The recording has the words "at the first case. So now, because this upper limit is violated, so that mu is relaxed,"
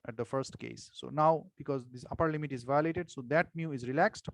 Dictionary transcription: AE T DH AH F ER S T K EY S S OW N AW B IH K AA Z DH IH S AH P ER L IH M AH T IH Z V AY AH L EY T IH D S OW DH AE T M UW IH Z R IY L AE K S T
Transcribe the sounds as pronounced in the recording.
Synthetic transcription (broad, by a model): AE T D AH F ER S T K EY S S OW N AW B IH K AA Z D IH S AH P ER L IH M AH T IH Z V AY AH L EY T IH D S OW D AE T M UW IH Z R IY L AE K S T